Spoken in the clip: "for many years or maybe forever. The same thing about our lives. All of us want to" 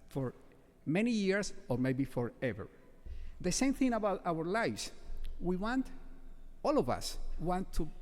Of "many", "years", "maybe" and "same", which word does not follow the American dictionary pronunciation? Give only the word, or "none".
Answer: years